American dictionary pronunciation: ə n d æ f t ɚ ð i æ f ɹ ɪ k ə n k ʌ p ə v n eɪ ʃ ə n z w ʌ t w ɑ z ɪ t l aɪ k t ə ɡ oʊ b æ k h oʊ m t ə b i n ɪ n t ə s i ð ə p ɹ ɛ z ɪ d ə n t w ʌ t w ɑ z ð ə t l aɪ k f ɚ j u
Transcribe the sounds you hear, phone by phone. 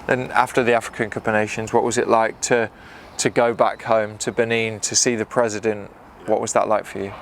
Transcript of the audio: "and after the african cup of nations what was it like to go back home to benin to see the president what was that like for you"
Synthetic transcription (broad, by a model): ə n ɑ f t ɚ ð i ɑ f ɹ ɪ k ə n k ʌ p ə n eɪ ʃ ə n z w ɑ t w ɑ z ɪ t l aɪ k t ə ɡ oʊ b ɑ k h oʊ m t ə b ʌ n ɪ n t ə s i ð ə p ɹ ɛ z ɪ d ə n t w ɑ t w ɑ z ð ə t l aɪ k f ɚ j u